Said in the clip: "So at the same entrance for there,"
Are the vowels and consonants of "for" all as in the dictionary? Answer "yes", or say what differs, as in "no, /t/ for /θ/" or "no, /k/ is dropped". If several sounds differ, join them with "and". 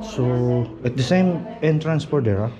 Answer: no, /p/ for /f/